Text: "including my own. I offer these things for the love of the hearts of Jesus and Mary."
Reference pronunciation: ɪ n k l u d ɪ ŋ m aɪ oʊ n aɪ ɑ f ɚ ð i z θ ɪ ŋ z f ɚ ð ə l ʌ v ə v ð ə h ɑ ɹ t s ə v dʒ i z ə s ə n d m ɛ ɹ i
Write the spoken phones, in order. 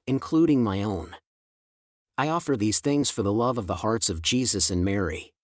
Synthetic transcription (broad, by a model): ɪ n k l u d ɪ ŋ m aɪ oʊ n aɪ ɑ f ɚ ð i z θ ɪ ŋ z f ɚ ð ə l ʌ v ə v ð ə h ɑ ɹ t s ə v dʒ i z ə s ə n m ɛ ɹ i